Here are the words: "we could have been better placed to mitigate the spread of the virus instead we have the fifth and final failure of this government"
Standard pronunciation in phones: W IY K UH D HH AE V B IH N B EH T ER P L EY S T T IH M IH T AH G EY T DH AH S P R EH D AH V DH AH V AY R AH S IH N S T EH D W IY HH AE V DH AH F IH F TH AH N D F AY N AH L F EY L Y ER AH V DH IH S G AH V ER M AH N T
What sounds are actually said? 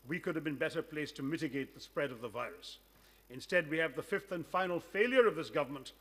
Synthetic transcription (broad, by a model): W IY K UH D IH V B IH N B EH T ER P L EY S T T IH M IH T AH G EY T DH AH S P R EH D AH V DH AH V AY R AH S IH N S T EH D W IY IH V DH AH F IH F TH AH N F AY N L F EY L Y ER AH V DH IH S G AH V ER M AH N T